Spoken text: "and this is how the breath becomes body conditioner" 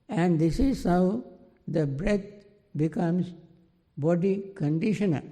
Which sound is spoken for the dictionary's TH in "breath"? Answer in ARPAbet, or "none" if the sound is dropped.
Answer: T